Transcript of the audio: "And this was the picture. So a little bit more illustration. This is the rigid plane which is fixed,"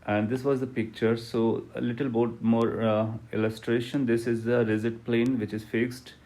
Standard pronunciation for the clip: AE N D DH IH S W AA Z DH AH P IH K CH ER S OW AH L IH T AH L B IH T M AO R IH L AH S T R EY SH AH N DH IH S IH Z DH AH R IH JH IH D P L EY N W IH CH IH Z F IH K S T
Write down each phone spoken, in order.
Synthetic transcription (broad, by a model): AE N D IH S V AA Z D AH P IH K CH ER S OW AH L IH T AH L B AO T M AO R IH L AH S T R EY SH AH N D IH S IH Z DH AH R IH Z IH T P L EY N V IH CH IH Z F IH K S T